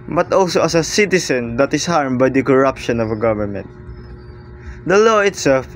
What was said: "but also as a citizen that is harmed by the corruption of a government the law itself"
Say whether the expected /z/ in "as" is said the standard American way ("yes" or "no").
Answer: no